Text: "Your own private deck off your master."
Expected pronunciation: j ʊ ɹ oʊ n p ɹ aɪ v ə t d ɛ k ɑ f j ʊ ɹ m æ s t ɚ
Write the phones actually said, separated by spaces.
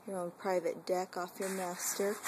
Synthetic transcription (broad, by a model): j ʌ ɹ oʊ n p ɹ aɪ v ə t d ɛ k ɑ f j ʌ ɹ m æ s t ɚ